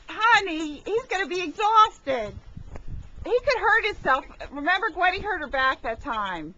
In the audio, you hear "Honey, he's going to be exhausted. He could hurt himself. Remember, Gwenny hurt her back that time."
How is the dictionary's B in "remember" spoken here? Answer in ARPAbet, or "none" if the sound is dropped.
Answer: B